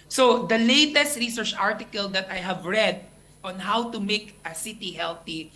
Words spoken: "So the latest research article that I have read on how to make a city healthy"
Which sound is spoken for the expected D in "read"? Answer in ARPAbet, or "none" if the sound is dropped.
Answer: D